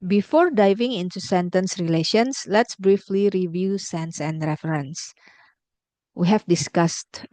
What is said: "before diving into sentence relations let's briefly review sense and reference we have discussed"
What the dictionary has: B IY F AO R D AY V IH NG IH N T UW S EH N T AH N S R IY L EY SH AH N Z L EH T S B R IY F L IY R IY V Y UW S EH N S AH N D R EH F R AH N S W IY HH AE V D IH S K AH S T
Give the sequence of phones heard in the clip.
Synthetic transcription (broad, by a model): B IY F AO R D AY V IH NG IH N T UW S EH N T AH N S R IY L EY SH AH N S L EH T S B R IY F L IY R IY V Y UW S EH N S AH N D R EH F R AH N S W IY HH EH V D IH S K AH S T